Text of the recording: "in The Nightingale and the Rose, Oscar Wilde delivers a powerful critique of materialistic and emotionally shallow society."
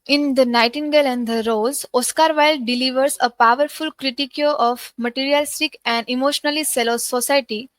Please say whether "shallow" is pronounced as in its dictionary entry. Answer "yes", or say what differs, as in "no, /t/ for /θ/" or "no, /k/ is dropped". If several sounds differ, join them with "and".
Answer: no, /s/ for /ʃ/